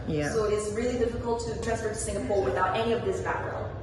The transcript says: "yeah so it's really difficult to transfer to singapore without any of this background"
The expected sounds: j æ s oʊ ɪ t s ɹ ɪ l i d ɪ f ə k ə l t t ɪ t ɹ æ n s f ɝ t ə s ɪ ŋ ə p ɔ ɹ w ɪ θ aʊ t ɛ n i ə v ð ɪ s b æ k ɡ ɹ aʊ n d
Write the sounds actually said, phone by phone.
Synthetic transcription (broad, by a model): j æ s oʊ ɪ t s ɹ ɪ l i d ɪ f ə k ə l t t ɪ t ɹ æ s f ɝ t s ɪ ŋ ə p ɔ ɹ w ɪ θ aʊ t ɛ n i ə v ð ɪ s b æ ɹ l